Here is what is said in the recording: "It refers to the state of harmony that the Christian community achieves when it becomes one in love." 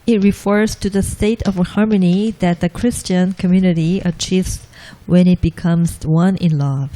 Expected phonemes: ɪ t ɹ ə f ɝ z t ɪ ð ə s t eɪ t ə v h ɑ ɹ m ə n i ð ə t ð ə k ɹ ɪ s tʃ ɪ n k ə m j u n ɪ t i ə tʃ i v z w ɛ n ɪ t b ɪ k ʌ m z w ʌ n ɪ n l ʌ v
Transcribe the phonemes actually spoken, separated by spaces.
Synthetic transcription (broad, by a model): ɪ t ɹ ə f ɝ z t ɪ ð ə s t eɪ t ə v h ɑ ɹ m ə n i ð ə t ð ə k ɹ ɪ s tʃ ɪ n k ə m j u n ɪ t i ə tʃ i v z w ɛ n ɪ t b ɪ k ʌ m z w ʌ n ɪ n l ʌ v